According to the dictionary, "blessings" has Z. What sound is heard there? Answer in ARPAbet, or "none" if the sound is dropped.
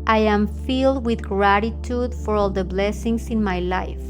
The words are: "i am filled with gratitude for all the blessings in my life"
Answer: S